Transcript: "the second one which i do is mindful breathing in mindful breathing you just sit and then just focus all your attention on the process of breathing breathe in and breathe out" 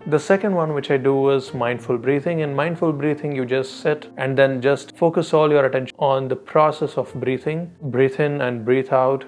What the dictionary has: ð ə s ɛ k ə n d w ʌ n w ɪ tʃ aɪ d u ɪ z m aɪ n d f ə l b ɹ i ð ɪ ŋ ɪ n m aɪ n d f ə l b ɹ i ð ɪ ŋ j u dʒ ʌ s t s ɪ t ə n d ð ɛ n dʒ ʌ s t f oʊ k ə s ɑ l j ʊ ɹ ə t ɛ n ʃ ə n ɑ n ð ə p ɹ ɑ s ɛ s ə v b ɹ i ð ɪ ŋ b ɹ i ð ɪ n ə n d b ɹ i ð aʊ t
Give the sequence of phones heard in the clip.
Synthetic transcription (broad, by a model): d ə s ɛ k ə n d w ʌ n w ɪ tʃ aɪ d u ɪ z m aɪ n d f ə l b ɹ i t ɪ ŋ ɪ n m aɪ n d f ə l b ɹ i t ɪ ŋ j u dʒ ʌ s t s ɪ t ə n d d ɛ n dʒ ʌ s t f oʊ k ə s ɑ l j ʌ ɹ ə t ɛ n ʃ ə ɑ n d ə p ɹ ɑ s ɛ s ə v b ɹ i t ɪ ŋ b ɹ i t ɪ n ə n d b ɹ i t aʊ t